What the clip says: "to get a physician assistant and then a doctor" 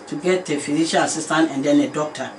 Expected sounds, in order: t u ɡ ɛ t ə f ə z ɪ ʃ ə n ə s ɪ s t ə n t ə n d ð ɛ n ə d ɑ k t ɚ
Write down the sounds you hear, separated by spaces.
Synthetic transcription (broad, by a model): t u ɡ ɛ t ə f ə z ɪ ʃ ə l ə s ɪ s t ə n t ə n d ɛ n ə d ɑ k t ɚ